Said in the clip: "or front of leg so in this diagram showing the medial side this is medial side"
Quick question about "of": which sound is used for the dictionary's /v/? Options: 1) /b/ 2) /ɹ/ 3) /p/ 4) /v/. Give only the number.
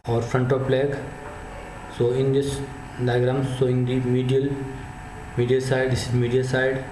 3